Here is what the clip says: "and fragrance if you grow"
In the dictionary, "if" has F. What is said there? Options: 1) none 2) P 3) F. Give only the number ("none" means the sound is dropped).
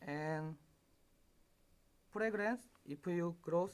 2